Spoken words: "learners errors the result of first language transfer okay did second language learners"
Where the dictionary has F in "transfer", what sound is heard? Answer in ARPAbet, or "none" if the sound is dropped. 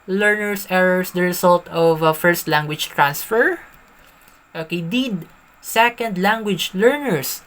F